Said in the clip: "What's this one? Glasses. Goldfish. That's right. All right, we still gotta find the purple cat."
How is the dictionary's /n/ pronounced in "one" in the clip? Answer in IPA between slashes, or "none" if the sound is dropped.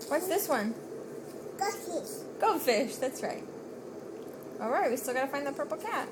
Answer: /n/